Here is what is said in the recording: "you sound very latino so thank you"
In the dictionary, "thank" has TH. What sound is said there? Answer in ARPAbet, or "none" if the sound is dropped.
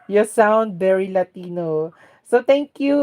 T